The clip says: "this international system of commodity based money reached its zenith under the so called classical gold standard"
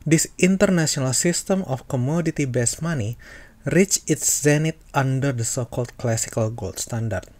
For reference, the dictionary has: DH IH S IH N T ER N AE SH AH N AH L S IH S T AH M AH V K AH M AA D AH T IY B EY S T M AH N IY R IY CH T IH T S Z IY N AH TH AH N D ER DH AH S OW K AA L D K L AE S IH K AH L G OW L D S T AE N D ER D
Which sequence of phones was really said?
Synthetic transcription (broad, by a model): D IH S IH N T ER N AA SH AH N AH L S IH S T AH M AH F K AH M AA D AH T IY B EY S M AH N IY R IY CH IH T S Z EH N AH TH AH N D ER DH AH S OW K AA L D K L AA S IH K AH L G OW L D S T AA N D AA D